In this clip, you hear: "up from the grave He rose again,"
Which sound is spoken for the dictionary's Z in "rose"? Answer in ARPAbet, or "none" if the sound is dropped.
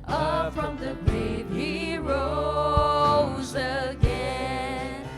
Z